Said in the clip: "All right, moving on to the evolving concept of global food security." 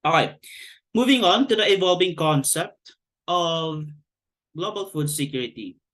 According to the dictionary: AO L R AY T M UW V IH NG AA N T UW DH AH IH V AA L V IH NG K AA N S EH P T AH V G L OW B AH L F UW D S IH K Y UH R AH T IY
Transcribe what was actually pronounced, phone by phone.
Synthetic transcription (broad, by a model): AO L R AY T M UW V IH NG AA N T UW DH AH IH V AA L V IH NG K AA N S EH P T AH V G L OW B AH L F UW D S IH K Y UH R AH T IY